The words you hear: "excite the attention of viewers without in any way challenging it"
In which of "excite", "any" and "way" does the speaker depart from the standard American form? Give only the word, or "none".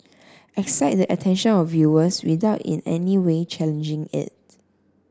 none